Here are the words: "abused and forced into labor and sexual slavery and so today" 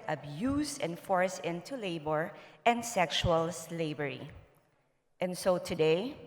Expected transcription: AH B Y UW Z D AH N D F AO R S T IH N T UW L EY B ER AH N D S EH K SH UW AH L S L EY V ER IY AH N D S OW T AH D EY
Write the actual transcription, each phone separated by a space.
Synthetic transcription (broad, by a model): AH B Y UW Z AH N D F AO R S IH N T UW L EY B ER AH N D S EH K SH UW AH L S L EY B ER IY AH N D S OW T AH D EY